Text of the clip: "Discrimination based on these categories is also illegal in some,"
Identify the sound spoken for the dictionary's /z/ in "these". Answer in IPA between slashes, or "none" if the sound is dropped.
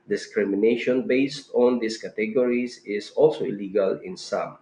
/s/